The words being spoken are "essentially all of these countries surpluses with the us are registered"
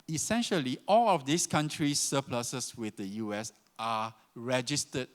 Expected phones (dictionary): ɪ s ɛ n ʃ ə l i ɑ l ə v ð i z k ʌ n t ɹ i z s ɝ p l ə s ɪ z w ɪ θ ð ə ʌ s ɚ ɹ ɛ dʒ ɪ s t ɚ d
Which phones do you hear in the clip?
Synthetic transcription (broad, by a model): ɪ s ɛ n ʃ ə l i ɑ l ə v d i s k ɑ n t ɹ i s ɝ p l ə s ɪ s w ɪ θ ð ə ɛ s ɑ ɹ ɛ dʒ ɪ s t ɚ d